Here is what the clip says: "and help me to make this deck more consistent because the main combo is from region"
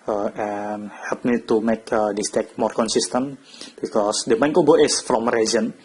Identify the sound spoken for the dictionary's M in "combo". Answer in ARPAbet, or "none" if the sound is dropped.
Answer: none